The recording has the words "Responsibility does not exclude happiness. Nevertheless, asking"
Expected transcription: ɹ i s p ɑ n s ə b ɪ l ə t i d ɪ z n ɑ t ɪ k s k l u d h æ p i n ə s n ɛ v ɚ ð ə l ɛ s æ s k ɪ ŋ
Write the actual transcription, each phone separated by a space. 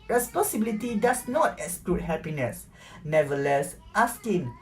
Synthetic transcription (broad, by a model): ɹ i s p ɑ n s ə b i l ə t i d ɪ s n ɑ t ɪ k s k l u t h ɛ p i n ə s n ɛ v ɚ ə l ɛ s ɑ s k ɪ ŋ